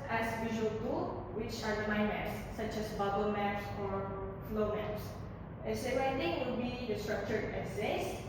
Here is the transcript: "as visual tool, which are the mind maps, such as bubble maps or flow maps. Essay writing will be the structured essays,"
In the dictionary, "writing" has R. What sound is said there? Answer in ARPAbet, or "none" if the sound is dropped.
W